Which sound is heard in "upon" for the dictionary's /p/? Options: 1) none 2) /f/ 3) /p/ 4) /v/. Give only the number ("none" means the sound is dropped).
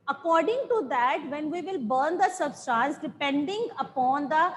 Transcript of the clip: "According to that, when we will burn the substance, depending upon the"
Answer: 3